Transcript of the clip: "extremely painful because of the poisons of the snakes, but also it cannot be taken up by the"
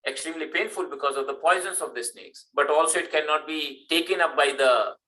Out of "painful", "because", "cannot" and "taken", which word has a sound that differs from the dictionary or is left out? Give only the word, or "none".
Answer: none